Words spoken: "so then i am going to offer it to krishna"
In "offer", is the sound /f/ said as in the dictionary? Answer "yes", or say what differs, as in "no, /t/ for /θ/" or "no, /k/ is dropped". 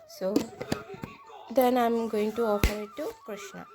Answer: no, /p/ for /f/